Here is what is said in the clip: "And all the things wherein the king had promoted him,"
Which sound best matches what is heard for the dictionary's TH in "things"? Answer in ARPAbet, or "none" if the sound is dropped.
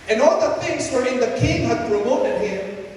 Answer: T